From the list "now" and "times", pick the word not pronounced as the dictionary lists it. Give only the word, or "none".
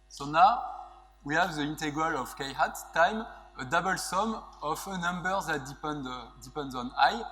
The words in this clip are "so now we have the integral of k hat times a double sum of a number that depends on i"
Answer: times